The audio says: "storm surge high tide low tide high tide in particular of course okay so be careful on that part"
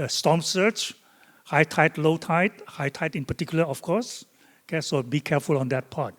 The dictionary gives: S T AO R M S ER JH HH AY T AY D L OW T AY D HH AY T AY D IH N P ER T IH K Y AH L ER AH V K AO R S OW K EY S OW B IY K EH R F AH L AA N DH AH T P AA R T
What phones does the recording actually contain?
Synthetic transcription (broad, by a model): S T AO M S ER CH HH AY T AY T L OW T AY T HH AY T AY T IH N P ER T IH K Y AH L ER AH F K AO S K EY S OW B IY K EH F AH L AA N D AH T P AA T